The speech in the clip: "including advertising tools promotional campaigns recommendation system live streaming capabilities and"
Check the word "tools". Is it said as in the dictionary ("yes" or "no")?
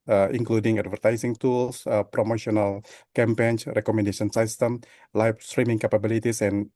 no